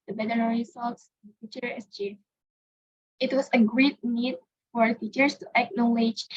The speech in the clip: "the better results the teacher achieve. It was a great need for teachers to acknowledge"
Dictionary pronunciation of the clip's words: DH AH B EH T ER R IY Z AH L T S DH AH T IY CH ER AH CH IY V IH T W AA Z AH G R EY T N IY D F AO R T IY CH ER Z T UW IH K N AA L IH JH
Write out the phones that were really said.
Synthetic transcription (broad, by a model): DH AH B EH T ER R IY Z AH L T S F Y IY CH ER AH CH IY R IH T W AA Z AH G R EY T N IY D F AO R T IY CH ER S T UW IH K N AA L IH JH